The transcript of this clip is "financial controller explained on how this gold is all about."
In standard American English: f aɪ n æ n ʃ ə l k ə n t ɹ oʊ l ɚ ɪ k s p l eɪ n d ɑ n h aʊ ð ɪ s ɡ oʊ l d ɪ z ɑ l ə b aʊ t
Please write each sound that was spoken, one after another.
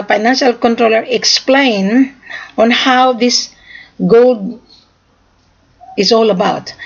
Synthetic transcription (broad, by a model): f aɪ n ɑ n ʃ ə l k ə n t ɹ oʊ l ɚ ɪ k s p l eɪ n ɑ n h aʊ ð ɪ s ɡ oʊ l d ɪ s ɑ l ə b aʊ t